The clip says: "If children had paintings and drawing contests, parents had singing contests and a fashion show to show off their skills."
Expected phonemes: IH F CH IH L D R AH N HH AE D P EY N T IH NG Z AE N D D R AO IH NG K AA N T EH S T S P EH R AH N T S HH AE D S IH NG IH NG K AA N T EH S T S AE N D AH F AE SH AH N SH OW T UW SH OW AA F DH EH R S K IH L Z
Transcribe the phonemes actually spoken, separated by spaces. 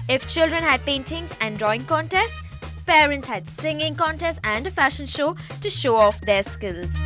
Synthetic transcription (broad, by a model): IH F CH IH L D R AH N HH AE D P EY N T IH NG Z AE N D D R AO IH NG K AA N T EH S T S P EH R AH N T S HH AE D S IH NG IH NG K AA N T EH S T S AE N D AH F AE SH AH N SH OW T UW SH OW AA F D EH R S K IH L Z